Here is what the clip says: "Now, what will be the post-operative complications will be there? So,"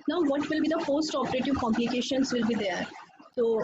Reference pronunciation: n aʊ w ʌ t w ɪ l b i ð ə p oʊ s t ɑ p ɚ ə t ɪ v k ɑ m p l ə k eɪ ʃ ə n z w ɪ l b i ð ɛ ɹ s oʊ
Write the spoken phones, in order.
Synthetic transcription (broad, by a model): n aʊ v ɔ t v ɪ l b i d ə f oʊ s t ɑ p ɚ ə t ɪ v k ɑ m p l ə k eɪ ʃ ə n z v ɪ l b i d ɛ ɹ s oʊ